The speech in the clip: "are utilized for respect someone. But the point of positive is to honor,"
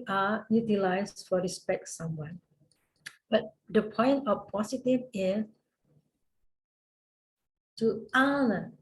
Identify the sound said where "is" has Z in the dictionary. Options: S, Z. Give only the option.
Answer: S